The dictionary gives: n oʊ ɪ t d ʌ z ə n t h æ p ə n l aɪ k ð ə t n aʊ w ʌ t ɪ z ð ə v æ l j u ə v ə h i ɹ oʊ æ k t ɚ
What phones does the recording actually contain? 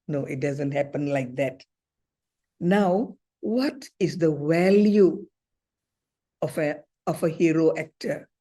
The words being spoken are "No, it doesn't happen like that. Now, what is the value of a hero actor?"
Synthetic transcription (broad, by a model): n oʊ ɪ t d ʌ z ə n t h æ p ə n l aɪ k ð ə t n aʊ w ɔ t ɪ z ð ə w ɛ l j u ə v ə h i ɹ oʊ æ k t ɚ